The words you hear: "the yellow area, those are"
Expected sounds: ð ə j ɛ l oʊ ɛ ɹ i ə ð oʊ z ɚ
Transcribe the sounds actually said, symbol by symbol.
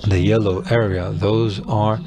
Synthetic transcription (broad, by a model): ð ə j ɛ l oʊ ɛ ɹ i ə ð oʊ z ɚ